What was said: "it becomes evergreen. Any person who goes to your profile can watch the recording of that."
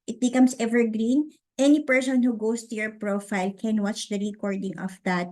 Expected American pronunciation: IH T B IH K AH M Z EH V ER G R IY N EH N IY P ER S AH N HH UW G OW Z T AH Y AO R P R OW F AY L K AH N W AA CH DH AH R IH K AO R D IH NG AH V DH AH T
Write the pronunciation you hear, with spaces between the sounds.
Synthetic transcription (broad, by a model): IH T B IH K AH M S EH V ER G R IY N EH N IY P ER S AH N HH UW G OW S T AH Y AO R P R OW F AY L K AH N W AA CH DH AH R IH K AO R D IH NG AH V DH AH T